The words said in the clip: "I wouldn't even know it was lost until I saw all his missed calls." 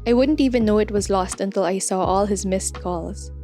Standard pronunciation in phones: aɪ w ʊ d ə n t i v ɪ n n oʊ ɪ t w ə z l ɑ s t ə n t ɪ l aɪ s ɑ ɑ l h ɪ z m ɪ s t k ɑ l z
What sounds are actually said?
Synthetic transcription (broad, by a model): aɪ w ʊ d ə n t i v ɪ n n oʊ ɪ t w ə z l ɑ s t ə n t ɪ l aɪ s ɑ ɑ l h ɪ z m ɪ s t k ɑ l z